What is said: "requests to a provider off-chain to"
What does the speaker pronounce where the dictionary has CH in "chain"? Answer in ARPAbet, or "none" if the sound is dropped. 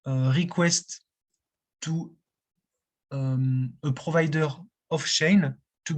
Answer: SH